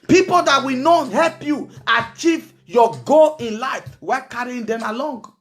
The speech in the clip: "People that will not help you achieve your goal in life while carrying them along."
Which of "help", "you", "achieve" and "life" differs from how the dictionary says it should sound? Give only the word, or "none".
none